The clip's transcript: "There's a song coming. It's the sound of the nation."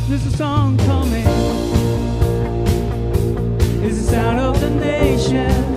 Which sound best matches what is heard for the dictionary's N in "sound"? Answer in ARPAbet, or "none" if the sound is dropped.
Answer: none